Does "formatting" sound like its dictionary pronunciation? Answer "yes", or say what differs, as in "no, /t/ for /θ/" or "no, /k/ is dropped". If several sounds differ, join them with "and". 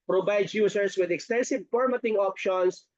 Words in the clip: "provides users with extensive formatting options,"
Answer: no, /p/ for /f/